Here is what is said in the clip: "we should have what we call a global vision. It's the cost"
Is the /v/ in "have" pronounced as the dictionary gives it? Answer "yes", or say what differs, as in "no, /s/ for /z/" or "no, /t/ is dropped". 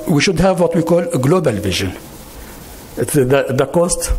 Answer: yes